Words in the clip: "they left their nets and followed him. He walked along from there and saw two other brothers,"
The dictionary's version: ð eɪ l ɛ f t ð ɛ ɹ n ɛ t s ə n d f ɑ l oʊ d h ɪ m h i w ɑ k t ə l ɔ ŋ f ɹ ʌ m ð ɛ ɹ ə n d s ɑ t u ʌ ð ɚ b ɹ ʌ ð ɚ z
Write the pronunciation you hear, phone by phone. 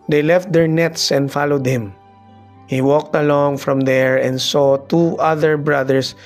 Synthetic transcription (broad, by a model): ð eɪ l ɛ f t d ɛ ɹ n ɛ t s ə n d f ɑ l oʊ d h ɪ m h i w ɑ k t ə l ɔ ŋ f ɹ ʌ m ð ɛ ɹ ə n d s ɑ t u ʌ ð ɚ b ɹ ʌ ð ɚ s